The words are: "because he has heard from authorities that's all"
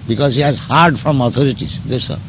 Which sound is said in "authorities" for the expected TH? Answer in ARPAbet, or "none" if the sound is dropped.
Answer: T